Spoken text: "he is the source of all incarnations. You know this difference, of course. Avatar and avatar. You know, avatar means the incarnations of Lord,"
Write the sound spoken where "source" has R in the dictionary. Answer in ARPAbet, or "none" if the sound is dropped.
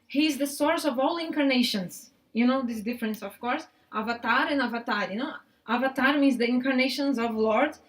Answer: R